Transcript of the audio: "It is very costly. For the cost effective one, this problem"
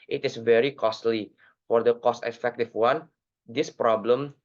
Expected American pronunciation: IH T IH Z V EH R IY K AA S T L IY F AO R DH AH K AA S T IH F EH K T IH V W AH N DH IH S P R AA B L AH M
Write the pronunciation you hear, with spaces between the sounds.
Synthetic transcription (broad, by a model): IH T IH S V EH R IY K AA S T L IY F AO R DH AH K AA S T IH F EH K T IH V W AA N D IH S P R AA B L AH M